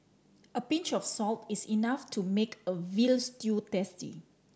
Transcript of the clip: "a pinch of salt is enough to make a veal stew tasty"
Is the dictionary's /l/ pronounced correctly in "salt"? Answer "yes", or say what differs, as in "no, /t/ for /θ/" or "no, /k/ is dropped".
yes